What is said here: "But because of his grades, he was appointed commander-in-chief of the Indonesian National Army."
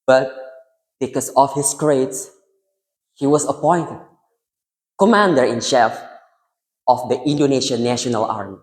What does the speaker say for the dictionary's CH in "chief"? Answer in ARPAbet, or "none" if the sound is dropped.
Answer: SH